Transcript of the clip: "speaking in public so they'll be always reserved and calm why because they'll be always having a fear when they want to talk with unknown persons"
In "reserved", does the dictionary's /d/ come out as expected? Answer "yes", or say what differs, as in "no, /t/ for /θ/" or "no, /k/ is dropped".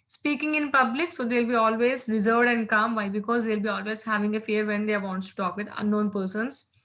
yes